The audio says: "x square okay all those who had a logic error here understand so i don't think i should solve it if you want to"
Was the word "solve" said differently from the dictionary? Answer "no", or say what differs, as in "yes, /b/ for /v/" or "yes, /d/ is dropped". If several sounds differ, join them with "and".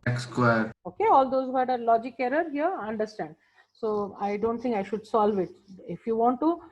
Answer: no